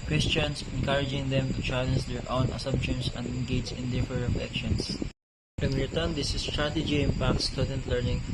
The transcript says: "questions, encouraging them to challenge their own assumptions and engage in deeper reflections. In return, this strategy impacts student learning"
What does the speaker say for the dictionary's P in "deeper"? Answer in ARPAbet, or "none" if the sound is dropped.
F